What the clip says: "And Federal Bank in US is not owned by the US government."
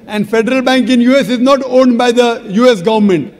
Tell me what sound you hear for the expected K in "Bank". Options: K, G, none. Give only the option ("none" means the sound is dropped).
K